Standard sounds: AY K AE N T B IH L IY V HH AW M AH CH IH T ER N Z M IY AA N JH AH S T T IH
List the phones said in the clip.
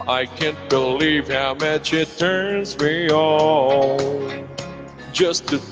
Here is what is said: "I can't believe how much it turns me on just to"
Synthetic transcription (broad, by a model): AY K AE N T B IH L IY V HH AW M AH CH IH T ER N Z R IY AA L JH AH S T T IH